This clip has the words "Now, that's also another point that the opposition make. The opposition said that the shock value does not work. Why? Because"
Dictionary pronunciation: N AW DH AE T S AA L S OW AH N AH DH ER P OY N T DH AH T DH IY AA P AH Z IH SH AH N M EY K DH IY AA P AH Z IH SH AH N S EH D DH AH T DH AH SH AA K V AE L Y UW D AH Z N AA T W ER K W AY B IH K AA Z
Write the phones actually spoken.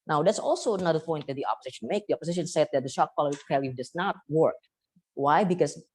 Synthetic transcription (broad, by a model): N AW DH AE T S AA L S OW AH N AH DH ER P OY N T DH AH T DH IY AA P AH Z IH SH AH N M EY K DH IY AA P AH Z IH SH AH N S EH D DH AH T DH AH SH AA K P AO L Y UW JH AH S N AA T W ER K W AY B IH K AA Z